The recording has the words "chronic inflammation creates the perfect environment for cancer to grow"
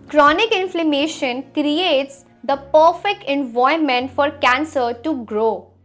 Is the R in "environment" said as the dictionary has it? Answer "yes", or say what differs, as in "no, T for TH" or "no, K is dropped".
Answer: no, R is dropped